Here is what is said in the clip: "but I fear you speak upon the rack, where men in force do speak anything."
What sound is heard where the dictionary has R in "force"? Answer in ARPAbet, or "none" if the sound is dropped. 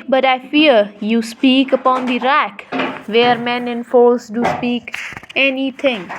L